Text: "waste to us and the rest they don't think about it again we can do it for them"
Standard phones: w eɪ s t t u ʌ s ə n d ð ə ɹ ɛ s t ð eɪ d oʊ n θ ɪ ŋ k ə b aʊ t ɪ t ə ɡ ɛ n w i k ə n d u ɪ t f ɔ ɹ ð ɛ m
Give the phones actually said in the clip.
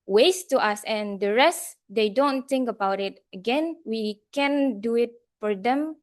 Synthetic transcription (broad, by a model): w eɪ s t t u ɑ s ə n d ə ɹ ɛ s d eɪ d oʊ n t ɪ ŋ k ə b aʊ t ɪ t ə ɡ ɛ n w i k ə n d u ɪ t f ɔ ɹ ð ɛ m